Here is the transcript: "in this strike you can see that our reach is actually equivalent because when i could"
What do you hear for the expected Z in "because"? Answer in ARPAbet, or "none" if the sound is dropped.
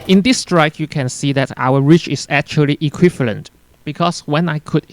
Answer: S